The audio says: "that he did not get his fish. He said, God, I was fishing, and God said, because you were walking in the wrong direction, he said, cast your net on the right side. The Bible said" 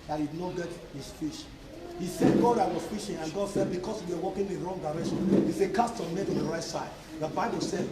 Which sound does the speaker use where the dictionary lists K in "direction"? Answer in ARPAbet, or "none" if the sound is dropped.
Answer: none